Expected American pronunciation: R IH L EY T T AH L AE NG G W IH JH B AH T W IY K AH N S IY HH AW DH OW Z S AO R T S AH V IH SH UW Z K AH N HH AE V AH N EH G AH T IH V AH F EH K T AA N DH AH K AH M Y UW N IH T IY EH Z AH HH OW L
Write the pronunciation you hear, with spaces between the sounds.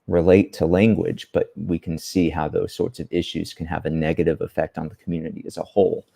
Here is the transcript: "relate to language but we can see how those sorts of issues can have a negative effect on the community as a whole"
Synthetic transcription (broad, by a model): R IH L EY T T AH L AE NG G W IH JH B AH T W IY K N S IY HH AW DH OW Z S AO R T S AH V IH SH UW Z K AH N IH V AH N EH G AH T IH V AH F EH K T N DH AH K M Y UW N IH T IY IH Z AH HH OW L